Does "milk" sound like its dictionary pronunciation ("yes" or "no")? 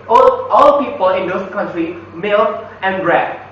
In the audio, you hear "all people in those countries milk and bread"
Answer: no